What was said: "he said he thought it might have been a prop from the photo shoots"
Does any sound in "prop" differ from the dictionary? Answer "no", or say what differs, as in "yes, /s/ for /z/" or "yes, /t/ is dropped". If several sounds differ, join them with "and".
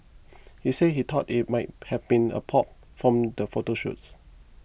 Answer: yes, /ɹ/ is dropped